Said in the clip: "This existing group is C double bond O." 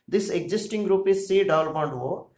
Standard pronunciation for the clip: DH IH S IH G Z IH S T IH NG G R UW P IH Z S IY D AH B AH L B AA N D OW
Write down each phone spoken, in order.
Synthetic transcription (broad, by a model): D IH S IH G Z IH S T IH NG G R UW P IH Z S IY D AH AH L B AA N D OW